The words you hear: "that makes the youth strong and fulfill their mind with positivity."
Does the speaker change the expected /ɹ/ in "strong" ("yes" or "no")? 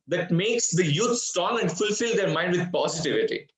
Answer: yes